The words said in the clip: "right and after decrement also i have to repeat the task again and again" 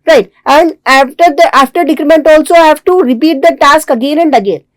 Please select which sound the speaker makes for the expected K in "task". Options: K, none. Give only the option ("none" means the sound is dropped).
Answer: K